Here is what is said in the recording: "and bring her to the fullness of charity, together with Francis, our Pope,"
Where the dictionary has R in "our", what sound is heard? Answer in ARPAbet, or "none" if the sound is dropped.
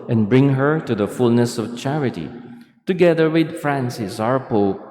R